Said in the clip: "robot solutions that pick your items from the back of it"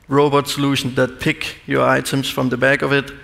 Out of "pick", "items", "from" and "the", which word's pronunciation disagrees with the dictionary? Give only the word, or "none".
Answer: items